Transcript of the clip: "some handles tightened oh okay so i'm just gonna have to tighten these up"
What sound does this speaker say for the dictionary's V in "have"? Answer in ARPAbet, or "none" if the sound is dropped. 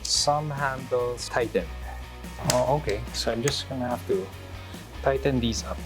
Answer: F